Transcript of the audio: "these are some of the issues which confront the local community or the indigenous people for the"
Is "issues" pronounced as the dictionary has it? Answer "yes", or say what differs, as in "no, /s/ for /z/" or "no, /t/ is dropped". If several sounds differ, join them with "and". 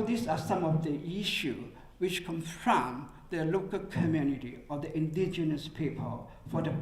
no, /z/ is dropped